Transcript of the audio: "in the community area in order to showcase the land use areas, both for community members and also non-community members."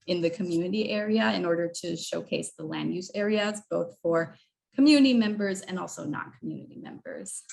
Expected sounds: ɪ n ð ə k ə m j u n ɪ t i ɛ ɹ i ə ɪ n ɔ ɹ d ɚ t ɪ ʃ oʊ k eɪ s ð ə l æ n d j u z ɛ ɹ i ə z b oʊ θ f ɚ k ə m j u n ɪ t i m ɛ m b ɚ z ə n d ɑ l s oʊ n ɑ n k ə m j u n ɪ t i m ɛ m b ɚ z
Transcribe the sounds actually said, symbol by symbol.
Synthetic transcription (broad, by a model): ɪ n ð ə k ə m j u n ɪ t i ɛ ɹ i ə ɪ n ɔ ɹ d ɚ t ɪ ʃ oʊ k eɪ s ð ə l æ n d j u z ɛ ɹ i ə z b oʊ θ f ɚ k ə m j u n ɪ t i m ɛ m b ɚ z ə n ɑ l s oʊ n ɑ n k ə m j u n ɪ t i m ɛ m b ɚ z